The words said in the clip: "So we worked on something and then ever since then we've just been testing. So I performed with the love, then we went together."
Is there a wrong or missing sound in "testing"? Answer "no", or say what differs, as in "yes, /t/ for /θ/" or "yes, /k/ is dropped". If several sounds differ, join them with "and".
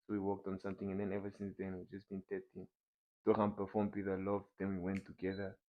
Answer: yes, /s/ is dropped